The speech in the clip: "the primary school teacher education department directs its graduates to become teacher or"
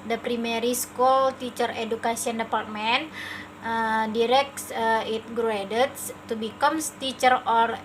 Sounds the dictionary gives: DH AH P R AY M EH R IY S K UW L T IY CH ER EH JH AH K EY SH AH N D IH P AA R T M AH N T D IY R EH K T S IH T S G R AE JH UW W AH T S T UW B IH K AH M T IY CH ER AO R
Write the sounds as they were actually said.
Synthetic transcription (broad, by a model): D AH P R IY M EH R IY S K UW L T IY CH ER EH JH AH K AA S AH N D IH P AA R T M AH N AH D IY R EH K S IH T G R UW UW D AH T S T UW B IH K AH M T IY CH ER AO R